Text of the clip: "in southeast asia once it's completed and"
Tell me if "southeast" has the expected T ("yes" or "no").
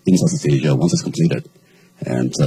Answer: no